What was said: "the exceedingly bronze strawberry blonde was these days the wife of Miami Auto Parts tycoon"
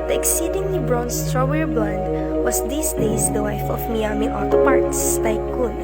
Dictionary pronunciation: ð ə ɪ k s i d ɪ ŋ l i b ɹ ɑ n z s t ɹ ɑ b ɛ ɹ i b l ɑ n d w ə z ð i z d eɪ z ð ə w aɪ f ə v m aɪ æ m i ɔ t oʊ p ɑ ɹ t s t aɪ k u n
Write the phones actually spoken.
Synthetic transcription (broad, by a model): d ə ɪ k s i d ɪ ŋ l i b ɹ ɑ n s t ɹ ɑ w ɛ ɹ b l ɑ n d w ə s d i s d eɪ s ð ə w aɪ f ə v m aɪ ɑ m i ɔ t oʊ p ɑ ɹ t s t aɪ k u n